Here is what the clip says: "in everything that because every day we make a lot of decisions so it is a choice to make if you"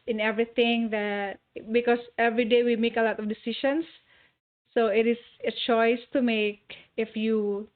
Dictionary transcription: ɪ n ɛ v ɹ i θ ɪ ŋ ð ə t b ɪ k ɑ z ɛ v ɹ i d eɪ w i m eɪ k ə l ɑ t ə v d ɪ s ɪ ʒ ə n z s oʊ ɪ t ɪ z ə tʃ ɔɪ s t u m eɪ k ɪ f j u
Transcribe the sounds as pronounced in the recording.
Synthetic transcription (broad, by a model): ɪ n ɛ v ɹ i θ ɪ ŋ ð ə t b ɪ k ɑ s ɛ v ɹ i d eɪ w i m eɪ k ə l ɑ t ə f d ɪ s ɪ ʃ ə n s oʊ ɪ t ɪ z ə tʃ ɔɪ s t u m eɪ k ɪ f j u